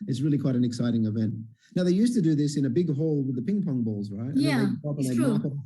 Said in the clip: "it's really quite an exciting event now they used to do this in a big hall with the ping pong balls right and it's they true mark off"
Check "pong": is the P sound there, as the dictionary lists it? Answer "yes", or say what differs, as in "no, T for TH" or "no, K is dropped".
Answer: yes